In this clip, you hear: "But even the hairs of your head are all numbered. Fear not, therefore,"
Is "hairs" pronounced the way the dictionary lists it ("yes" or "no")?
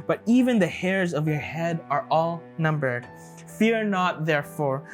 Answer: yes